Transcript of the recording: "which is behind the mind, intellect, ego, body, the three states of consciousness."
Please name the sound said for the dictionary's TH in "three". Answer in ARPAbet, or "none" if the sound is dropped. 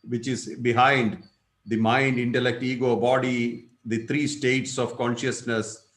T